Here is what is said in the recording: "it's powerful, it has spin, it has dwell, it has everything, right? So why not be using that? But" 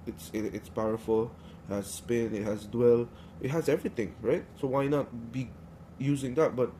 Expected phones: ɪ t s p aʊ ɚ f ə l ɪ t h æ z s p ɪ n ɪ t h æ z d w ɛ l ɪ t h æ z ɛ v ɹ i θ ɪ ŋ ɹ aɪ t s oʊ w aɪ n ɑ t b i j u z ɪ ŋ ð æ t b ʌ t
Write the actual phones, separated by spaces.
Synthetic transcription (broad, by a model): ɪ t s p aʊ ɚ f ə l ɪ t h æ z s p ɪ n ɪ t h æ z d w ɛ l ɪ t h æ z ɛ v ɹ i t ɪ ŋ ɹ aɪ t s oʊ w aɪ n ɑ t b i j u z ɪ ŋ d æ t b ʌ t